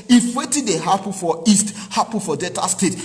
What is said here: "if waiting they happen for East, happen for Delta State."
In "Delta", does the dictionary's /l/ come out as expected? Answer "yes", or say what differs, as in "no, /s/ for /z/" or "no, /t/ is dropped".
no, /l/ is dropped